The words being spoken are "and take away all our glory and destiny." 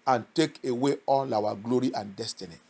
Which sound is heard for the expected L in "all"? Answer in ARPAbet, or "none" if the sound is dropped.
N